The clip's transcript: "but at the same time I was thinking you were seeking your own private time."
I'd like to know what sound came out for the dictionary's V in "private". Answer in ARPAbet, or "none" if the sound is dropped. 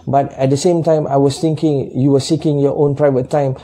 V